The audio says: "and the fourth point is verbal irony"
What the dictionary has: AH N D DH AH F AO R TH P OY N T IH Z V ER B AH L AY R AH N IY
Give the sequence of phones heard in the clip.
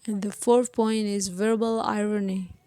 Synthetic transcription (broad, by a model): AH N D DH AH F AO R TH P OY N T IH Z V ER B AH L AY R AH N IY